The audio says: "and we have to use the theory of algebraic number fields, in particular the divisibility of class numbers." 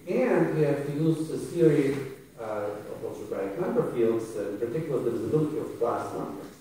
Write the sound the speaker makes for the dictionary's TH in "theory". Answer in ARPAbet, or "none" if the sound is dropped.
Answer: S